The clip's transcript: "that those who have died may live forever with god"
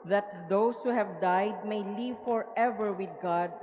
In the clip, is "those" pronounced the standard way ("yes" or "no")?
no